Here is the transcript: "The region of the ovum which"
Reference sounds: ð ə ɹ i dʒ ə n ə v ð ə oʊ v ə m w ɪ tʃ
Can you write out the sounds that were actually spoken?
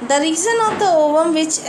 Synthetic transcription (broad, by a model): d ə ɹ i z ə n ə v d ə oʊ v ə m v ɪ tʃ